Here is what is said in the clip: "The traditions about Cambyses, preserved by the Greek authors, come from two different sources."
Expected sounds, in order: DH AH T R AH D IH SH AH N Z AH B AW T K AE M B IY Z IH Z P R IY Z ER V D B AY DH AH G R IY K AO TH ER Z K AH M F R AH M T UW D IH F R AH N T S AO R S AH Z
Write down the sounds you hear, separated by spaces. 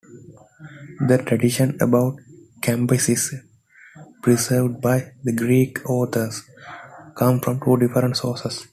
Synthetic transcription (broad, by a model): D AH T R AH D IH SH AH N AH B AW T K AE M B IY S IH S P R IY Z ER V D B AY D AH G R IY K AO T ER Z K AH M F R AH M T UW D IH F R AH N T S AO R S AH S